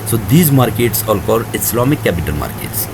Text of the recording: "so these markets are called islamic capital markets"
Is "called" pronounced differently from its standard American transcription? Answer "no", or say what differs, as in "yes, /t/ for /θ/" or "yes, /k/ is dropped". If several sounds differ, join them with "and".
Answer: yes, /l/ is dropped